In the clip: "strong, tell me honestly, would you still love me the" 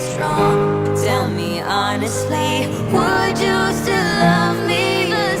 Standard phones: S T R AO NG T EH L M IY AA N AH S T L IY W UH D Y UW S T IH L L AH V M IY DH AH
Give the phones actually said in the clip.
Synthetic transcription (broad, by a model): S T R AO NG T EH L M IY AA N AH S T L IY W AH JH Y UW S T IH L L AH V M IY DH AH